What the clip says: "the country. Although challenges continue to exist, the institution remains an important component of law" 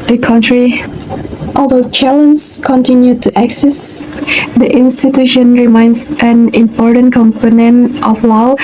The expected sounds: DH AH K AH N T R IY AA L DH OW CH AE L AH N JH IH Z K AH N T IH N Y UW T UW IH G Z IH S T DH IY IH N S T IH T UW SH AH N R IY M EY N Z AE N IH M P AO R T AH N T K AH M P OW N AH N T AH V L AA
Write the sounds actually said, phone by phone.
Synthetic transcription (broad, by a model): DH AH K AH N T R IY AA L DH OW CH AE L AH N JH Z K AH N T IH N Y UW T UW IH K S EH S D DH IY IH N S T IH T UW SH AH N R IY M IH N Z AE N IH M P AO R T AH N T K AH M P OW N AH N T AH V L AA